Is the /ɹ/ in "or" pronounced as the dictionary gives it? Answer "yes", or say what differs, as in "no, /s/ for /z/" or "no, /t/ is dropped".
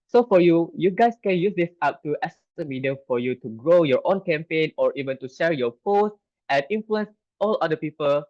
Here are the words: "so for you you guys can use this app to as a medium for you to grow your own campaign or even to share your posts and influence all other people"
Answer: yes